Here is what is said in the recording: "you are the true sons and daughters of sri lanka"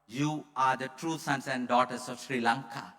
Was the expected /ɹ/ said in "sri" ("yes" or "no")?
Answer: yes